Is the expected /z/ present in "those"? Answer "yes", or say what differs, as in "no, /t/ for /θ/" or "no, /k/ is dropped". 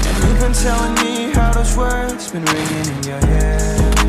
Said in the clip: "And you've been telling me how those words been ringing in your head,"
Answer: no, /s/ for /z/